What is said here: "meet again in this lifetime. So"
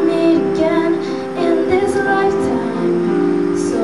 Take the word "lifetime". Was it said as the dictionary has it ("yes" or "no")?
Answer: no